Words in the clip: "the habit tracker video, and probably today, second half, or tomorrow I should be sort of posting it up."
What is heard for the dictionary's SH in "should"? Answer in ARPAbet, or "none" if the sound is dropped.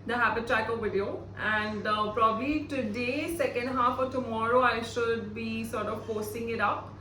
SH